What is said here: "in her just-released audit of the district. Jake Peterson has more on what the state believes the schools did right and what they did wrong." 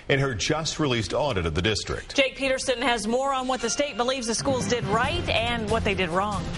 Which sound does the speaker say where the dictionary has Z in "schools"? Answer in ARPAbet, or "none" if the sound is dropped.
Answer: Z